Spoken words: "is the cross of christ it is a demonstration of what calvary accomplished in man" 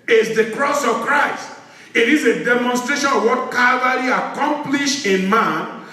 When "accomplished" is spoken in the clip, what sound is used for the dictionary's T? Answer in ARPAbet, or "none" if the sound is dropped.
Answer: none